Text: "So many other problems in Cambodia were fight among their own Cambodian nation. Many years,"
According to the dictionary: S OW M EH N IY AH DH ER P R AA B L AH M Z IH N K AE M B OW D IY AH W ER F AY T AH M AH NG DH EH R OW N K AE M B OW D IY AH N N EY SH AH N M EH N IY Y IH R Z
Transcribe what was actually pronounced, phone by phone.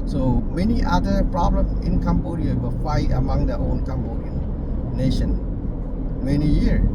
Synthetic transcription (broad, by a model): S OW M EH N IY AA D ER P R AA B L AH M S IH N K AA M B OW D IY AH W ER F AY T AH M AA NG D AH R OW N K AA M B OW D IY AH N N EY SH AH N M EH N IY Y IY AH